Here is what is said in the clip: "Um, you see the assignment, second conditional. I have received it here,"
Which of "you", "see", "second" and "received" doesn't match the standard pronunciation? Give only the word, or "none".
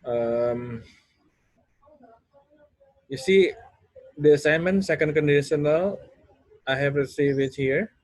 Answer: received